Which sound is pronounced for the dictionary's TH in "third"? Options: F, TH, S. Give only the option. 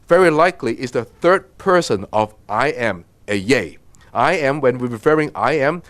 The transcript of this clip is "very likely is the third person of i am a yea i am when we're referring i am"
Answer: TH